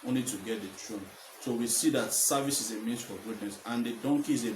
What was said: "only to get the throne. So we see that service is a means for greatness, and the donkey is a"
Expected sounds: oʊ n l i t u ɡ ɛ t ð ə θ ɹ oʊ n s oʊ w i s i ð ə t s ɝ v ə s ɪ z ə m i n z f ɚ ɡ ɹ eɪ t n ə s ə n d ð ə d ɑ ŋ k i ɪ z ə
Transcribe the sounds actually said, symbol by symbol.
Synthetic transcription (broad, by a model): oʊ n l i t u ɡ ɛ t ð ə t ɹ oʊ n s oʊ w i s i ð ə t s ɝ v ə s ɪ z ə m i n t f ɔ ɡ u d n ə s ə n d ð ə d ɑ ŋ k i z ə